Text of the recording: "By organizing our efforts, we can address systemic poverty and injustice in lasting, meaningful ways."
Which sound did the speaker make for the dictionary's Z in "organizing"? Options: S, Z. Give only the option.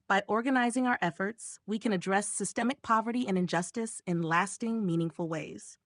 Z